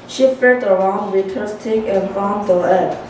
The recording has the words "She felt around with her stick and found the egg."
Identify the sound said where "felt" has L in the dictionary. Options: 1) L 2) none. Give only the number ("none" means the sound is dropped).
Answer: 2